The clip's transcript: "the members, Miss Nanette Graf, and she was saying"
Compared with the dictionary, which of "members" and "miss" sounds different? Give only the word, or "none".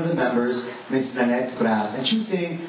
none